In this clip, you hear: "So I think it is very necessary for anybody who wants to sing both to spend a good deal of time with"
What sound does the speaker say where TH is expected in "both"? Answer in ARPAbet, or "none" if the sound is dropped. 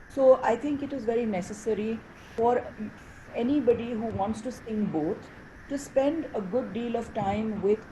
T